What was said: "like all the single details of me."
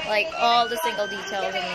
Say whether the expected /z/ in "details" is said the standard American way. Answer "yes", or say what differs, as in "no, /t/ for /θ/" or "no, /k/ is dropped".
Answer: yes